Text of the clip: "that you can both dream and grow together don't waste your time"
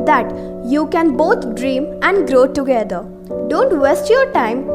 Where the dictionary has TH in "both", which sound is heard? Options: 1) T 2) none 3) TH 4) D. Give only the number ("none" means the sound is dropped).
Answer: 1